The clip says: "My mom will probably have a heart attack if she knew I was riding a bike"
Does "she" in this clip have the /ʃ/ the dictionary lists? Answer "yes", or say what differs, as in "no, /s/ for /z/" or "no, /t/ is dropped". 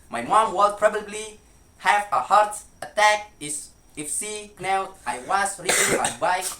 no, /s/ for /ʃ/